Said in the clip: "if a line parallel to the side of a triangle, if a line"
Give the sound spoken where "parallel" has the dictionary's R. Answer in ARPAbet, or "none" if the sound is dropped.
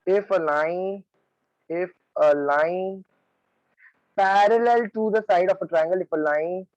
R